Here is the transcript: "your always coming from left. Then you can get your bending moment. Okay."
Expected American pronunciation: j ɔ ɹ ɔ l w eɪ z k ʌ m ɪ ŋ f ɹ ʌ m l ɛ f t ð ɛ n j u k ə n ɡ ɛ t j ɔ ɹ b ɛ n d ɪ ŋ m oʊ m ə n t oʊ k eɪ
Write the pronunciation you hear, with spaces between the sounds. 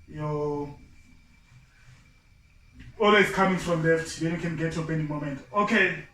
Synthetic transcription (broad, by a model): j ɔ ɔ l w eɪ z k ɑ m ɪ ŋ f ɹ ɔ m l ɛ f t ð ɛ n j u k ə n ɡ ɛ t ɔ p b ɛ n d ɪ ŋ m oʊ m ə n t oʊ k eɪ